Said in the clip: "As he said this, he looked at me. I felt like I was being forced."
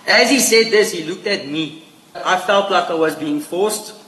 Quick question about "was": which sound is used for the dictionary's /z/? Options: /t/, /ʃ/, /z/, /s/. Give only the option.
/z/